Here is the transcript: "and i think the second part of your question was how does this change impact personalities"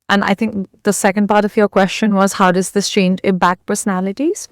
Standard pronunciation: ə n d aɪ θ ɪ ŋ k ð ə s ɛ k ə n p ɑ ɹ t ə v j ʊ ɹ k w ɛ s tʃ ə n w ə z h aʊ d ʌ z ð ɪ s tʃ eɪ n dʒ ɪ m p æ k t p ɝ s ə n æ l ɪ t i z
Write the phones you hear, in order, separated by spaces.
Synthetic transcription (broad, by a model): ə n aɪ θ ɪ ŋ k ð ə s ɛ k ə n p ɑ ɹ t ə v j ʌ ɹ k w ɛ s tʃ ə n w ə z h aʊ d ʌ z ð ɪ s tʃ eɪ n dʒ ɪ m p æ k p ɝ s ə n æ l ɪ t i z